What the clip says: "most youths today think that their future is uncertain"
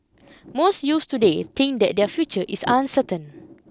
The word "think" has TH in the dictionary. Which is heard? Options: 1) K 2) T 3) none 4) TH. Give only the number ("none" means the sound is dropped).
2